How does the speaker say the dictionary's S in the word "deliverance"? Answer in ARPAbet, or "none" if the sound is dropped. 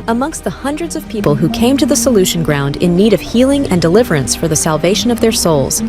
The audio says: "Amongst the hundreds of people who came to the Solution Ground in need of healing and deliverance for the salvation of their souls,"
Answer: S